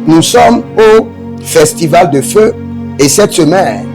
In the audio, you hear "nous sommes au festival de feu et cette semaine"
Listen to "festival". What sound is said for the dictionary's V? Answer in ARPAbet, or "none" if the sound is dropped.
V